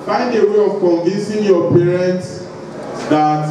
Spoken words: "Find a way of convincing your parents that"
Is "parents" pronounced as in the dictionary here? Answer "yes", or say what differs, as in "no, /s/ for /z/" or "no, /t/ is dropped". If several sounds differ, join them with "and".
yes